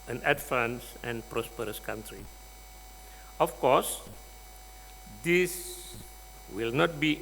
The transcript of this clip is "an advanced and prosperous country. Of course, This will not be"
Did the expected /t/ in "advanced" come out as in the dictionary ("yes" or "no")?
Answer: no